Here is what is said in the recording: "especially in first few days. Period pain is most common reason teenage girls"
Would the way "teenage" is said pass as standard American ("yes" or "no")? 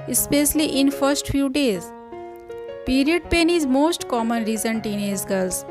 no